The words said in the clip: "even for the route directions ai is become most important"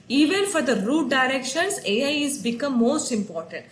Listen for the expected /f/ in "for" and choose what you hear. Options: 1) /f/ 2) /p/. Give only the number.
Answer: 1